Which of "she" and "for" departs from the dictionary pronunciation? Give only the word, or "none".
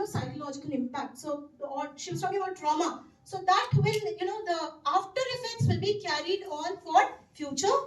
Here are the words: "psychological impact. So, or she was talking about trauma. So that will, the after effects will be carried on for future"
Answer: none